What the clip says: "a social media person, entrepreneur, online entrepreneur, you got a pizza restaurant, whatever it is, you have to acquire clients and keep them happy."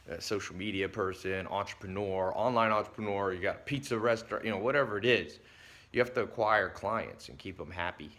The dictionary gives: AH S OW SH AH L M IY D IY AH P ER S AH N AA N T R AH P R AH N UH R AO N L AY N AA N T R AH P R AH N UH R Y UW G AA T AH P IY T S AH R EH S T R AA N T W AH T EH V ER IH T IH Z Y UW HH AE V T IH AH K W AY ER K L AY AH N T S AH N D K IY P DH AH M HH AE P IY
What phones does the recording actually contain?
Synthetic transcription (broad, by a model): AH S OW SH L M IY D IY AH P ER S AH N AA N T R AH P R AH N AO R AO N L AY N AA N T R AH P R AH N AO R Y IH G AA T P IY T S AH R EH S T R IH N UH W AH T EH V ER IH T IH Z Y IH HH AE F T IH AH K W AY ER K L AY AH N T S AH N K IY P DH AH M HH AE P IY